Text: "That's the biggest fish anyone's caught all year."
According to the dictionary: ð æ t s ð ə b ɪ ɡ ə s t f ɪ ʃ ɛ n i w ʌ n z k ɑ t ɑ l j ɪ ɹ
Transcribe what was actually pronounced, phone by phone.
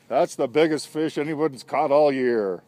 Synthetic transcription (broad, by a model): ð æ t s ð ə b ɪ ɡ ə s t f ɪ ʃ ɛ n i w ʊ n s k ɑ t ɑ l j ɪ ɹ